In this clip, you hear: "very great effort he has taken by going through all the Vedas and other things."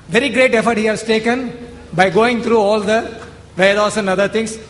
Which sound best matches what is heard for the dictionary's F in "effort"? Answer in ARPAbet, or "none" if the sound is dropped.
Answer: F